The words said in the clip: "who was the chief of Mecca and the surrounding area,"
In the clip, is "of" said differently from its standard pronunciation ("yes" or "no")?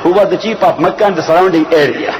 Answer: yes